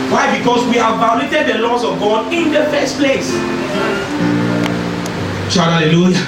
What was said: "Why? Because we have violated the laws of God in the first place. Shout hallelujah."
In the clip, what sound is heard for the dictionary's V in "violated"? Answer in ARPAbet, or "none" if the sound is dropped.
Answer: B